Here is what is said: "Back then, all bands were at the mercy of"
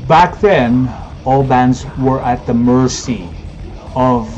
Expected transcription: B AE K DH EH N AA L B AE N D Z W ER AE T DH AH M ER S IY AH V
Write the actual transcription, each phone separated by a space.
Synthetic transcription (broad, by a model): B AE K DH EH N AA L B AE N D Z W ER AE T DH AH M ER S IY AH V